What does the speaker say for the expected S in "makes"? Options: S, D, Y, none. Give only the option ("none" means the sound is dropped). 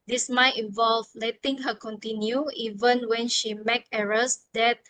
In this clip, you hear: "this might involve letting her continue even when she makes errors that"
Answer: none